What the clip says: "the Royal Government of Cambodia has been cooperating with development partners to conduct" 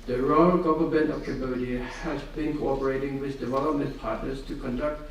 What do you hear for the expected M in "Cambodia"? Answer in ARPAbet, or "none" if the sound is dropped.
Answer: none